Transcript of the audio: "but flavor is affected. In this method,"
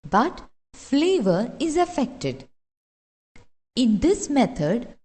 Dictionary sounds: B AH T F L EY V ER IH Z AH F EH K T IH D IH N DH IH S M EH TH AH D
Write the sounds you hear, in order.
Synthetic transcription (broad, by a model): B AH T F L EY V ER IH Z AH F EH K T IH D IH N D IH S M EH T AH D